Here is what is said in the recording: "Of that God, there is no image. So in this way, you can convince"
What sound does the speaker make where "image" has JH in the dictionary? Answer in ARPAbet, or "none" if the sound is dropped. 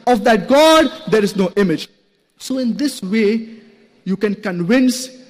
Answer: JH